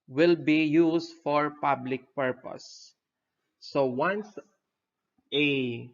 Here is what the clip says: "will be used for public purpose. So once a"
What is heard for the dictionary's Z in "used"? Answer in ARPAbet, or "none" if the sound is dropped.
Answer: S